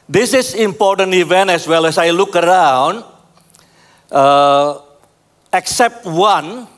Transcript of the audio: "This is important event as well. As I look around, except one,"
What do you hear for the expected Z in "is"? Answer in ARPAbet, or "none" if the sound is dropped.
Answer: S